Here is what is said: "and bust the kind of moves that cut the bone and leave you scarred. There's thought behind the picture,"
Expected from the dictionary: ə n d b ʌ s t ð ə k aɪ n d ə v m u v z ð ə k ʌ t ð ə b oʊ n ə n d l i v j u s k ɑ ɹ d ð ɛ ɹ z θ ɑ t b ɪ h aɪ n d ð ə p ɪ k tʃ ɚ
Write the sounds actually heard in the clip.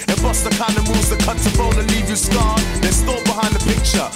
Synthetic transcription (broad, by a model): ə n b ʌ s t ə k aɪ n d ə m u v z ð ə k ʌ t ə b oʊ l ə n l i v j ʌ s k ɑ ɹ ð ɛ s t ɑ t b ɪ h aɪ n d ð ə p ɪ k tʃ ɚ